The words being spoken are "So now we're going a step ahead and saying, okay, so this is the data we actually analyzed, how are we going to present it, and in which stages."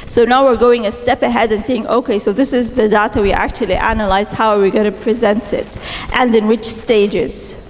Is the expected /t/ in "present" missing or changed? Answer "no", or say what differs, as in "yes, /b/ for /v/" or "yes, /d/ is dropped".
no